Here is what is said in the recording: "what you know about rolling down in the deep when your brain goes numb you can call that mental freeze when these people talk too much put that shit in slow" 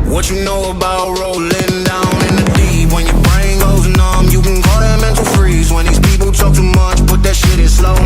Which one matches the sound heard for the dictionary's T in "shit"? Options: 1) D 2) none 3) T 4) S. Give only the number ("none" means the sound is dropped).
3